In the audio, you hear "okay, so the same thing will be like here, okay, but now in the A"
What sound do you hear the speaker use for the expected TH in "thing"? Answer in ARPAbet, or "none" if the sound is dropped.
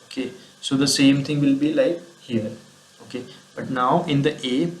T